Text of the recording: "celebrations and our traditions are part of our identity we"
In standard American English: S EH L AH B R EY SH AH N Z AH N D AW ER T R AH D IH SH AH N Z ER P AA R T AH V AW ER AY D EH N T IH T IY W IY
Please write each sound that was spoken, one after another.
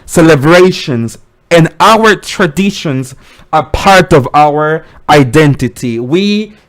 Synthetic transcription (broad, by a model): S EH L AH B R EY SH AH N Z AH N AW ER T R AH D IH SH AH N Z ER P AA R T AH V AW ER AY D EH N T IH T IY W IY